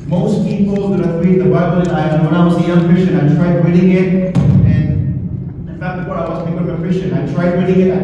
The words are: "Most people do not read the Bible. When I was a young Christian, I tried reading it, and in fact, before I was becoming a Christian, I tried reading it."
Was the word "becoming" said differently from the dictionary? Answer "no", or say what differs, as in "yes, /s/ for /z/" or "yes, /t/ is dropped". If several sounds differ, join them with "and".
yes, /m/ is dropped